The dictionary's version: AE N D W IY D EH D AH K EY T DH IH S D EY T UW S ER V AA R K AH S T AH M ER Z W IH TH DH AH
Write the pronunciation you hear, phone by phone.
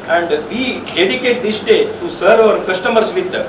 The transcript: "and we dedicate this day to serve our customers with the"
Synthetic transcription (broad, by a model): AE N D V IY D EH D AH K EY T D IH S D EY T UW S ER AA R K AH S T AH M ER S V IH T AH